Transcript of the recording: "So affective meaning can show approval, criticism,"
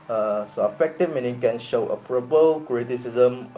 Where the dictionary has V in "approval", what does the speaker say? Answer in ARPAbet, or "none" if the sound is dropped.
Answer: P